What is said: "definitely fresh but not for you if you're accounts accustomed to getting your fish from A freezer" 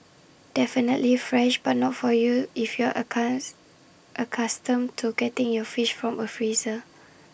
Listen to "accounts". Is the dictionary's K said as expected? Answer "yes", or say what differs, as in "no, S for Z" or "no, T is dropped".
no, K is dropped